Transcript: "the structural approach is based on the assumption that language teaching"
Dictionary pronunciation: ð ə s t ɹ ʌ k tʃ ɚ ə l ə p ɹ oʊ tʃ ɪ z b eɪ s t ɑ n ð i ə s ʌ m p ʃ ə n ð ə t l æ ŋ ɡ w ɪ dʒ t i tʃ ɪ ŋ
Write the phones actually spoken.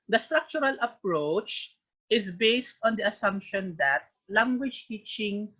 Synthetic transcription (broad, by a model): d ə s t ɹ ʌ k tʃ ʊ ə l ə p ɹ oʊ tʃ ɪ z b eɪ s t ɑ n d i ə s ʌ m p ʃ ə n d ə t l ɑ ŋ ɡ w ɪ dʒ t i tʃ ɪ ŋ